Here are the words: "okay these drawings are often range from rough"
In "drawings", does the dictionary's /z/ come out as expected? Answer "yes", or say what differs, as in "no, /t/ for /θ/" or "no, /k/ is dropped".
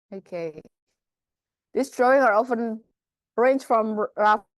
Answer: no, /z/ is dropped